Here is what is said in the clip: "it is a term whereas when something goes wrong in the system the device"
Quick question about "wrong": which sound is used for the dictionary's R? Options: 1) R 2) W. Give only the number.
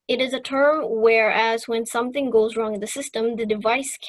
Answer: 1